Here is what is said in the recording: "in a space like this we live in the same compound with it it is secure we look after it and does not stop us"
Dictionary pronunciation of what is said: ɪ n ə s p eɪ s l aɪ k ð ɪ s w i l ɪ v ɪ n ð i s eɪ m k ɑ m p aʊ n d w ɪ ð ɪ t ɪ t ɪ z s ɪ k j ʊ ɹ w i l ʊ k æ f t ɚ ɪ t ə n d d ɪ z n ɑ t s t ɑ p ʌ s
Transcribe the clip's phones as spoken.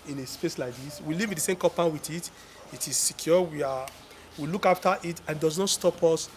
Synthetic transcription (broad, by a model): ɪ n ə s p eɪ s l aɪ k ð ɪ s w i l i v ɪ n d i s eɪ m k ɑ p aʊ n w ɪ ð ɪ t ɪ t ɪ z s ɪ k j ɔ w w i l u k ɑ f t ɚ ɪ t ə n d d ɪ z n ɑ t s t ɑ p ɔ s